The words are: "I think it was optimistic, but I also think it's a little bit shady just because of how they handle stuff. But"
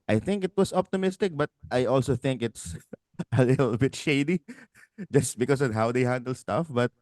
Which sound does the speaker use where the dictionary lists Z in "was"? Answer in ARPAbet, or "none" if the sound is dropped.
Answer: S